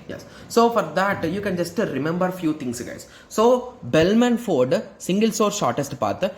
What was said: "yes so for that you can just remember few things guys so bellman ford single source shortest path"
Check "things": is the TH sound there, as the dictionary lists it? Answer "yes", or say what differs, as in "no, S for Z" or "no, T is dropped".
no, T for TH